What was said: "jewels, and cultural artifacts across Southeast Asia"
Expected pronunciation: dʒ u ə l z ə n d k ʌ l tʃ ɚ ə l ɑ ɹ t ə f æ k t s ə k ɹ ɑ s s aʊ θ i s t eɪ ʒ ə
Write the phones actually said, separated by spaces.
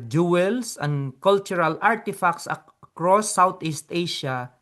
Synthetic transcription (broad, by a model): dʒ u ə l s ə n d k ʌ l tʃ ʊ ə l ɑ ɹ t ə f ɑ k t s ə k ɹ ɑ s s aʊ t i s t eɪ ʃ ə